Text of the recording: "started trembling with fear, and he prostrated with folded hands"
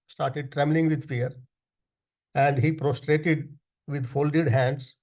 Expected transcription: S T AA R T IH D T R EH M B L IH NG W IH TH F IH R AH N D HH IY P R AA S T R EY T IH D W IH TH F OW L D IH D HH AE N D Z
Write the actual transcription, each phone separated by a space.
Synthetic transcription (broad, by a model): S T AA R T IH D T R EH M B L IH NG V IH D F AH R AH N D HH IY P R AA S T R EY T IH D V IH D F OW L D IH D HH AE N D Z